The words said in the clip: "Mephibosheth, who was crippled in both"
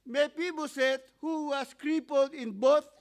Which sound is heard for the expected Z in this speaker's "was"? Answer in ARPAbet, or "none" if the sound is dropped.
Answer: S